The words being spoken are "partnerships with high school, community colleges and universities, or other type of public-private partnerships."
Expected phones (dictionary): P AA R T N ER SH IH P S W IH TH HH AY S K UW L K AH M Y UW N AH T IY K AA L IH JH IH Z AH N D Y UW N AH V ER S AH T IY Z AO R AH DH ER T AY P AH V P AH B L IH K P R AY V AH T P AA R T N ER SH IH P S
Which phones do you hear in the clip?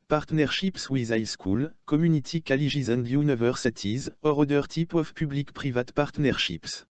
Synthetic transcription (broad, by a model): P AA R T N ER SH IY P S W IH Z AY S K UW L K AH M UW N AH T IY K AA L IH ZH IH Z AH N D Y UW N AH V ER S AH T IY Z AO R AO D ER T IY P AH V P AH B L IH K P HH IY V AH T P AA R T N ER SH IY P S